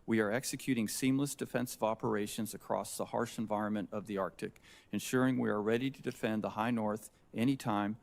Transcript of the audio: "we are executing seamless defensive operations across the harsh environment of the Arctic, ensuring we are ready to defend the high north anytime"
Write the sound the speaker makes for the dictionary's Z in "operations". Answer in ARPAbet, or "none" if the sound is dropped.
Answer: Z